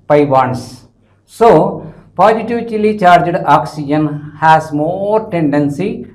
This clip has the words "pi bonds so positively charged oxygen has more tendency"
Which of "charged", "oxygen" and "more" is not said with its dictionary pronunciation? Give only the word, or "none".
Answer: none